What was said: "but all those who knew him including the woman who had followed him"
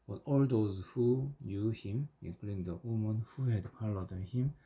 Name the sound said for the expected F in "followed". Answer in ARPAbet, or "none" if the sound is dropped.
P